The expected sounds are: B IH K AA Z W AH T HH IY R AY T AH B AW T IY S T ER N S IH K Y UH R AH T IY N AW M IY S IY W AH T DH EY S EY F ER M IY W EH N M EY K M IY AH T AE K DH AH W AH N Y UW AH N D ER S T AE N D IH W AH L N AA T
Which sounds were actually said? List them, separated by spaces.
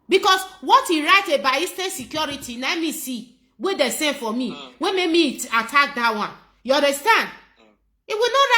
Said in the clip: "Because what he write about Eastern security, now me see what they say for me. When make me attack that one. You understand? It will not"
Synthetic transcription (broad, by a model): B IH K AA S W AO T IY R AY T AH B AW IY S T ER N S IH K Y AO R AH T IY N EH M IY S IY W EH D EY S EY F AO M IY W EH M EY K M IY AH T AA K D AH W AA N Y UW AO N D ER S T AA N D IH W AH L N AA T